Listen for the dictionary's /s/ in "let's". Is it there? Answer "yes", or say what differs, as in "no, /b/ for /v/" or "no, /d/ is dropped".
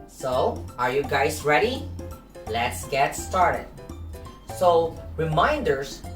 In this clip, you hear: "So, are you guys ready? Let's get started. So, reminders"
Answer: yes